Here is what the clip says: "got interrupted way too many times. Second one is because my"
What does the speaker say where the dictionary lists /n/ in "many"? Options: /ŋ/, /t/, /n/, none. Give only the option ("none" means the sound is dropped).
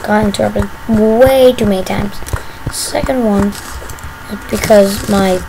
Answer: none